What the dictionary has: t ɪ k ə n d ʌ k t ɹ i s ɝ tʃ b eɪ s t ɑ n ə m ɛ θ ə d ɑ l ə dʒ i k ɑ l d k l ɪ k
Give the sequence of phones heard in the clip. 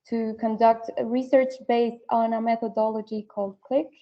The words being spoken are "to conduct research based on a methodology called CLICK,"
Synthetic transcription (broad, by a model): t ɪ k ə n d ʌ k t ɹ i s ɝ tʃ b eɪ s t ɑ n ə m ɛ θ ə d ɑ l ə dʒ i k ɑ l d k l ɪ k